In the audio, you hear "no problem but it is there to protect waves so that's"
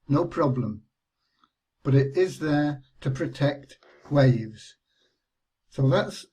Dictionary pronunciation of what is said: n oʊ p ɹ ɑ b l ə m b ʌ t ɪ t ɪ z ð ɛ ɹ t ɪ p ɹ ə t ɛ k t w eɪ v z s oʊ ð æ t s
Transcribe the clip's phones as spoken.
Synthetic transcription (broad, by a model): n oʊ p ɹ ɑ b l ə m b ʌ t ɪ t ɪ z ð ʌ ɹ t ɪ p ɹ ə t ɛ k t w eɪ v z s oʊ ð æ t s